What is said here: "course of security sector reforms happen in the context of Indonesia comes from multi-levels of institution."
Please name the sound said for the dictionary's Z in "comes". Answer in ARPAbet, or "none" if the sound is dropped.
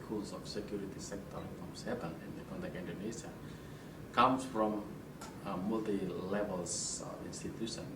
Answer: S